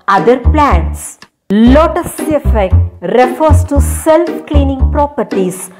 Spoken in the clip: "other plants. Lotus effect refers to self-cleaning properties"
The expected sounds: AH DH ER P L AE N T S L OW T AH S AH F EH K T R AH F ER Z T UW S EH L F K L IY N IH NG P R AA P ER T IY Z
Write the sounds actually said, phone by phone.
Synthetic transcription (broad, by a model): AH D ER P L AE N T S L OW T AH S AH F EH K T R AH F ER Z T UW S EH L F K L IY N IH NG P R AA P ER T IY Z